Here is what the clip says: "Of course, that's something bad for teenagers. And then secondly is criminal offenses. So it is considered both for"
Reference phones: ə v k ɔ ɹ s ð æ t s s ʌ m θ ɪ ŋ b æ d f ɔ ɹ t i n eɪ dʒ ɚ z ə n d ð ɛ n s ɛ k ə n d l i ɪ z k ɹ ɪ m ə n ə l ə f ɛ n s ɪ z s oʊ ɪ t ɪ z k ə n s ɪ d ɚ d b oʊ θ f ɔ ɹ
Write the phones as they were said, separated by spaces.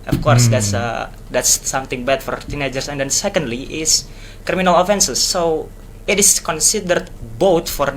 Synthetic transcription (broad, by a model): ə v k ɔ ɹ s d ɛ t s s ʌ m t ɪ ŋ b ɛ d f ɔ ɹ t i n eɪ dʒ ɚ s ə n d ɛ n s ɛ k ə n d l i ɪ s k ɹ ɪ m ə n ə l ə f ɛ n s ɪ s oʊ ɪ t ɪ s k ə n s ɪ d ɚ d b oʊ t f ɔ ɹ